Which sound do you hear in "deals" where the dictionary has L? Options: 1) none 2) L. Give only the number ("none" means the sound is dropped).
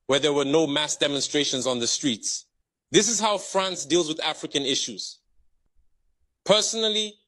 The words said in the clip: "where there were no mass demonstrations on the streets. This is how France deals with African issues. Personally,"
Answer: 2